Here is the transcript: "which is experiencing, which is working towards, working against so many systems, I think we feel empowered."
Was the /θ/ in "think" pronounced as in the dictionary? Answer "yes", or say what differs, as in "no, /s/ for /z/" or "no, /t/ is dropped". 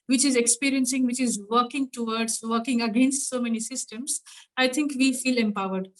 no, /t/ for /θ/